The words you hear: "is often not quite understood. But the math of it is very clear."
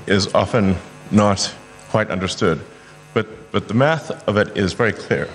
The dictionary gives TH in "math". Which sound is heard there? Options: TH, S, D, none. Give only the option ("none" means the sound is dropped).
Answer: TH